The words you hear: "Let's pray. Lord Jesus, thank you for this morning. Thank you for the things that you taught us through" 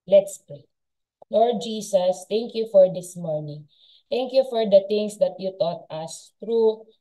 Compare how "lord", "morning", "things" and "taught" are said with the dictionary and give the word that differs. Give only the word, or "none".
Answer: things